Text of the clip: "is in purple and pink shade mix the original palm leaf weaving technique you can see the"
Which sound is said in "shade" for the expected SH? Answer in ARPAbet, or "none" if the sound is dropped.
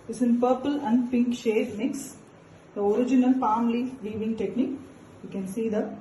SH